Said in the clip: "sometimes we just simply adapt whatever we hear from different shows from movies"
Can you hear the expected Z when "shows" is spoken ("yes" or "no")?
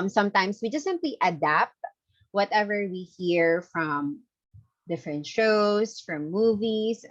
no